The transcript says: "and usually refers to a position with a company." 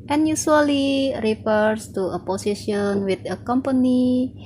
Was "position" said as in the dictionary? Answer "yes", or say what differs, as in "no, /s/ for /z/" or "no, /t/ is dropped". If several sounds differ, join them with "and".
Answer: no, /s/ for /z/